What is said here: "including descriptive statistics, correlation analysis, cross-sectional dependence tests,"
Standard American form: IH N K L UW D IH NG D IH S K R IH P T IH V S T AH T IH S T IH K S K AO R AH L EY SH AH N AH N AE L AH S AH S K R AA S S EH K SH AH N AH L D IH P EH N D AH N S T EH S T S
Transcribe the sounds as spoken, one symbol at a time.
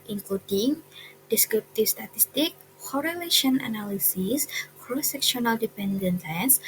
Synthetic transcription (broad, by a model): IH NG K L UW D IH NG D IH S K R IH P T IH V S T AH T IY S T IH K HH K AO R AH L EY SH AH N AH N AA L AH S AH S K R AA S S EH K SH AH N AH L D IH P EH N D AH N T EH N S